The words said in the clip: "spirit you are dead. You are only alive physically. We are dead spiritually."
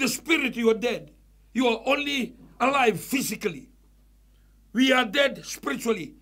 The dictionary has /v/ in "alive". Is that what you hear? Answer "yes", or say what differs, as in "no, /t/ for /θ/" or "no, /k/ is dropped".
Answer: yes